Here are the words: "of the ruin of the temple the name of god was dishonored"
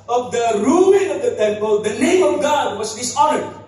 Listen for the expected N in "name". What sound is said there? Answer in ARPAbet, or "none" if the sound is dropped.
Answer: L